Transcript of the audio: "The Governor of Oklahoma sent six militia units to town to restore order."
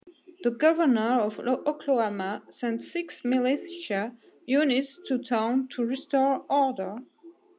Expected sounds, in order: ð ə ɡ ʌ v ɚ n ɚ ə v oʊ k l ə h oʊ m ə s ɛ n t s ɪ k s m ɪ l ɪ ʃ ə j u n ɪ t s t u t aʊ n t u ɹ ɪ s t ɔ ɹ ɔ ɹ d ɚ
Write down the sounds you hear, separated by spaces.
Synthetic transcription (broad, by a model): ð ə ɡ ʌ v ɚ n ɚ ə v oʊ k l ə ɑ m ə s ɛ n t s ɪ k s m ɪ l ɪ s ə j u n ɪ t s t u t aʊ n t u ɹ ɪ s t ɔ ɹ ɔ ɹ d ɚ